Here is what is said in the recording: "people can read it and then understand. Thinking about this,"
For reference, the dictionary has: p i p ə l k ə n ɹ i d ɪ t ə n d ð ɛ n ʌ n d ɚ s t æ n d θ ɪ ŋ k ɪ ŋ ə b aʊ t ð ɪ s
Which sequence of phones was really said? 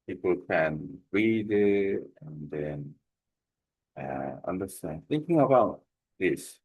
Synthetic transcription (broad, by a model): p i p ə l k ə n ɹ i d ɪ t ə n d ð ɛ n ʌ n d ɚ s t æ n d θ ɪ ŋ k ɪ ŋ ə b aʊ t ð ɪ s